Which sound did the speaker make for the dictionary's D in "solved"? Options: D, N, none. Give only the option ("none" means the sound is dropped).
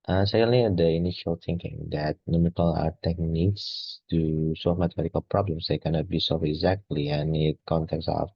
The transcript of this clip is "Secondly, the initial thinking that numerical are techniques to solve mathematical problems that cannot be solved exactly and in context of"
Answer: none